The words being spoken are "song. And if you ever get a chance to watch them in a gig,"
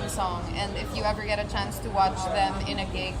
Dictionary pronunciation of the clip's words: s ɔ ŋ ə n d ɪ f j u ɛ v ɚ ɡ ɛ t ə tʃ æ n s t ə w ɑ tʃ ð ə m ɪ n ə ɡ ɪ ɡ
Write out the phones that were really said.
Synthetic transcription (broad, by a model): s ɔ ŋ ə n ɪ f j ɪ ɛ v ɚ ɡ ɛ t ə tʃ æ n s t ə w ɑ tʃ ð ə m ɪ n ə ɡ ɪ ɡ